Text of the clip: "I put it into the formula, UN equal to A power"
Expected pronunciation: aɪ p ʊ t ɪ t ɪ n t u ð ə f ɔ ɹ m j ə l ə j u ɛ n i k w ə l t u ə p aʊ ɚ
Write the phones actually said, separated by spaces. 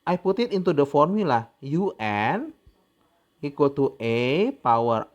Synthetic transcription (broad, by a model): aɪ p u t ɪ t ɪ n t u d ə f ɔ ɹ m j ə l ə j u ɛ n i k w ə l t u ə p aʊ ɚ